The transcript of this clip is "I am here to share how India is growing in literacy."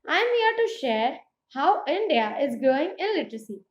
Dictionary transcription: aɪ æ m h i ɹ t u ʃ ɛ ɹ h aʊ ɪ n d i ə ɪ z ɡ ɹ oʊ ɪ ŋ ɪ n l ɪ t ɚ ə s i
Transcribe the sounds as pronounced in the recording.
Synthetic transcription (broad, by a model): aɪ m h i ɹ t u ʃ ɛ ɹ h aʊ ɪ n d i ə ɪ z ɡ oʊ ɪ ŋ ɪ n l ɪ t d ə s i